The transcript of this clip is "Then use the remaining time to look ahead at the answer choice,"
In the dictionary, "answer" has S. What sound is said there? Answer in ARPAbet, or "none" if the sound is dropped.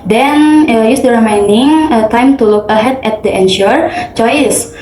SH